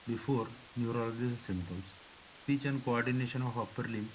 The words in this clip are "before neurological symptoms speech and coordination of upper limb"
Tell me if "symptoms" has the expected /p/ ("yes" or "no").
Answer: no